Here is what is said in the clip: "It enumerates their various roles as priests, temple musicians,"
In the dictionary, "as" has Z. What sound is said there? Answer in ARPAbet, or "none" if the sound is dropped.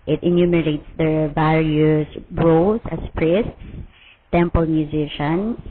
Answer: S